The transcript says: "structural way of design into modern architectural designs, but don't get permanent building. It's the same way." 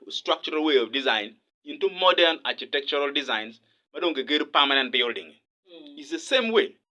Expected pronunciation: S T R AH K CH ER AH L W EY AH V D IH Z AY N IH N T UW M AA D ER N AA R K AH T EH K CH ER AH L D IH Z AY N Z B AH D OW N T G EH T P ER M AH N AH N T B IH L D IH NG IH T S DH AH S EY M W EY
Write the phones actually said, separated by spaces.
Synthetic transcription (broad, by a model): S T R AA K CH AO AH L W EY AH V D IH Z AY N IH N T UW M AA D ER N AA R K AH T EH K CH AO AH L D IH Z AY N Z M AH D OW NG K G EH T P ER M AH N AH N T B IH L D IH NG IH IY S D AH S EY M W EY